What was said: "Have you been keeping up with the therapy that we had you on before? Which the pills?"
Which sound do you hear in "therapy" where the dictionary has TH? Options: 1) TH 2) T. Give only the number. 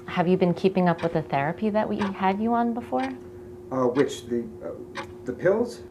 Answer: 1